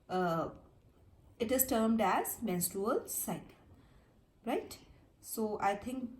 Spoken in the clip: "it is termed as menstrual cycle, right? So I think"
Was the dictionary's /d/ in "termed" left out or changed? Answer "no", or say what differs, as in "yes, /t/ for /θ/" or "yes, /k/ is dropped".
no